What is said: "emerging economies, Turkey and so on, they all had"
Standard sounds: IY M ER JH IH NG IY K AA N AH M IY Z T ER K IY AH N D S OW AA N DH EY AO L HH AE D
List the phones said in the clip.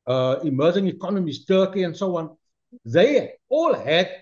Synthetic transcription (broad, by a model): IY M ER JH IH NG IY K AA N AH M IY S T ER K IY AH N S OW AA N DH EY AO L HH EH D